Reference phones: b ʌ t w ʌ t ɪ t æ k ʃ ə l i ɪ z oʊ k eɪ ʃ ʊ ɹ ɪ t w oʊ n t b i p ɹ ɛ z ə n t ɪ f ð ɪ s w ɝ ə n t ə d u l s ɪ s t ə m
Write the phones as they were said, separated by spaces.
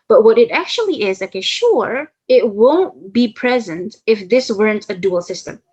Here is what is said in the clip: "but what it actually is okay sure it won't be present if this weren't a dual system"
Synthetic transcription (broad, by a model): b ʌ t w ʌ t ɪ t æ k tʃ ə l i ɪ z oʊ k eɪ ʃ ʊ ɹ ɪ t w oʊ n t b i p ɹ ɛ z ə n t ɪ f ð ɪ s w ɝ ə n t ə d u l s ɪ s t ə m